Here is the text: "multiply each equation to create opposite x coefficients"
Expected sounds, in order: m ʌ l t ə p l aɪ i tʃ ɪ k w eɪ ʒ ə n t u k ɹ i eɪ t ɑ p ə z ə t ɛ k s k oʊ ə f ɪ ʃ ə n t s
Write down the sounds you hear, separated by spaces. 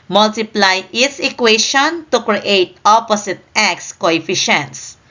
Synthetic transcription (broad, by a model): m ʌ l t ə p l aɪ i s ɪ k w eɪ ʃ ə n t u k ɹ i eɪ t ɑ p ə s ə t ɛ k s k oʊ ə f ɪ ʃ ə n t s